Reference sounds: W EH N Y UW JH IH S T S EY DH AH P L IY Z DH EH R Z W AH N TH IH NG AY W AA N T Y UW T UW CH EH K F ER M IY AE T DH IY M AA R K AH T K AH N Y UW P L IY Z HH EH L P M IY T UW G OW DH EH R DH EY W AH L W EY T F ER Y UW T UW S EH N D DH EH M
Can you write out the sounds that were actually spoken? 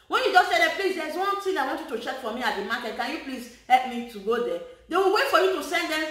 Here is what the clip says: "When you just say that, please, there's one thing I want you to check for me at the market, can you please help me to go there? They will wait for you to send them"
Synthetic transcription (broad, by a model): W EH N Y UW JH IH S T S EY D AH P L IY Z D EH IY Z W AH N T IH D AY W AA N T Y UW T UW CH EH K F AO M IY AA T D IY M AA K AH T K AH N Y UW P L IY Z HH EH L P M IY T UW G OW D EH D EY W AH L W EY T F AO Y UW T UW S EH N D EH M